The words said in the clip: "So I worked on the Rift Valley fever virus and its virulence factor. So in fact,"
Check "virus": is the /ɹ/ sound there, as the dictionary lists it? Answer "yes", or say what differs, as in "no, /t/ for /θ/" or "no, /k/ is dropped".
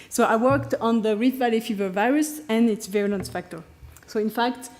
yes